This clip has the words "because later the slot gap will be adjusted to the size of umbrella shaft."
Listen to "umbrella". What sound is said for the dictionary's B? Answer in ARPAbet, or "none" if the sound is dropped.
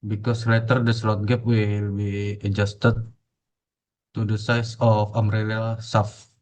none